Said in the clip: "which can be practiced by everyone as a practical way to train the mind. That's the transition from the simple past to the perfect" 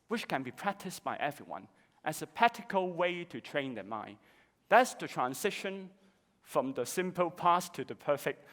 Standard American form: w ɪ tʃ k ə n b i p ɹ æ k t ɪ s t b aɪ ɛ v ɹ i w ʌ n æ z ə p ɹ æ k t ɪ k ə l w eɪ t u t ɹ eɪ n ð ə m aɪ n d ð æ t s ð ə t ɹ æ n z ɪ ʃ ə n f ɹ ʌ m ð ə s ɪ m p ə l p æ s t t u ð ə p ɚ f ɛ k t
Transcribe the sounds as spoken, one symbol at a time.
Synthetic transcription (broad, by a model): w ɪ tʃ k ə n b i p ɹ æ k t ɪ s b aɪ ɛ v ɹ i w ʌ n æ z ə p æ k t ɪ k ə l w eɪ t u t ɹ eɪ n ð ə m aɪ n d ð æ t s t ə t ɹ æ n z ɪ ʃ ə n f ɹ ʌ m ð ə s ɪ m p ə l p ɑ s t t u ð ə p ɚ f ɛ k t